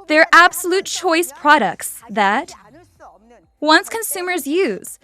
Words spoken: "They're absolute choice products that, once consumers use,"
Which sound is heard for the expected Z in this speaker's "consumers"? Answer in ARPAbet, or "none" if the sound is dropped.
Z